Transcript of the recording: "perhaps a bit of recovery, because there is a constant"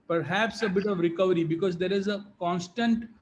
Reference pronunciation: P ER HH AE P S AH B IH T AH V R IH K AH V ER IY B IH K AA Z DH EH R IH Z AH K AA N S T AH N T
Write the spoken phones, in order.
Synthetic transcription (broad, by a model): P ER HH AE P S AH B IH T AH V R IH K AH V ER IY B IH K AA Z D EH R IH Z AH K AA N S T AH N T